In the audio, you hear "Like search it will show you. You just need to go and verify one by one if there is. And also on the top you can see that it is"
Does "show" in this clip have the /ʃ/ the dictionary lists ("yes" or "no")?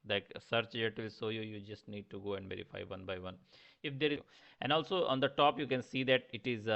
no